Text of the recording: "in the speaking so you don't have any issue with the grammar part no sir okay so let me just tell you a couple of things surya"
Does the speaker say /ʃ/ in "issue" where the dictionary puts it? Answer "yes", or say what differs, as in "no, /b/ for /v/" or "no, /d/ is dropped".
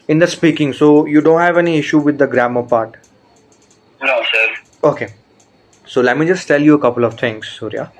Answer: yes